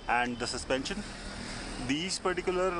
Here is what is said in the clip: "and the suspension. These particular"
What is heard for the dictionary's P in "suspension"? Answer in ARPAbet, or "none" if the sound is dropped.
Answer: P